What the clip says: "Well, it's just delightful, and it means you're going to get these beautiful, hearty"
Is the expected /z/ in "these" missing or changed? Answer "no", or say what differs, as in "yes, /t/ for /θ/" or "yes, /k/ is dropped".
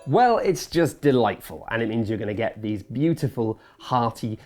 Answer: no